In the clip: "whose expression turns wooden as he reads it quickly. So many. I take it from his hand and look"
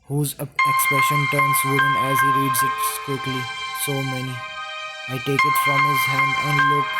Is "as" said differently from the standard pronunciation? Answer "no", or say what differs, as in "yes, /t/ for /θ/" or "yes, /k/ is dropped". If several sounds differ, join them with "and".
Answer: no